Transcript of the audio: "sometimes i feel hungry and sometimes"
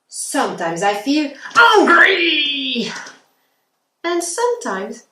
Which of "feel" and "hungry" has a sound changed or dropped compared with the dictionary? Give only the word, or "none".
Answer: hungry